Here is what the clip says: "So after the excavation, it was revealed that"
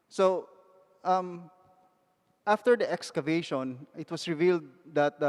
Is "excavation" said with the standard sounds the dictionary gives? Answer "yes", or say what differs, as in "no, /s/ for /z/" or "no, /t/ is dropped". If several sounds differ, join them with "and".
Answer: yes